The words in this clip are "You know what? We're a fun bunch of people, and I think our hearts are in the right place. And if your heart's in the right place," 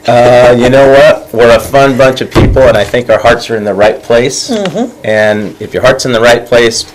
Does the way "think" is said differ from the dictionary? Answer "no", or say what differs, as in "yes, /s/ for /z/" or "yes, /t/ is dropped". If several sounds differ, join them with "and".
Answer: no